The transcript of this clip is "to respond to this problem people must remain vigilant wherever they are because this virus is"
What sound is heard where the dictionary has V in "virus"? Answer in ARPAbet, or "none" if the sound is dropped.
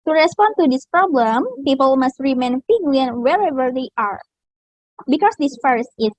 F